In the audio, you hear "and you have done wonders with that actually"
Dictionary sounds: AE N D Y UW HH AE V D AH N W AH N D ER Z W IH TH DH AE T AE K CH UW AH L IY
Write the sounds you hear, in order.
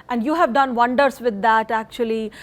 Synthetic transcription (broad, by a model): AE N D Y UW HH AE V D AH N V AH N D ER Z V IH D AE T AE K CH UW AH L IY